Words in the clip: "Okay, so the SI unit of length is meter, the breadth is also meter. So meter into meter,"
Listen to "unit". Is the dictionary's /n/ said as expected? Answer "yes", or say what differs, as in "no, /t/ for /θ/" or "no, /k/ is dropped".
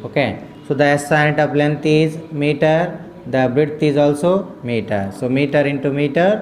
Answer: no, /n/ is dropped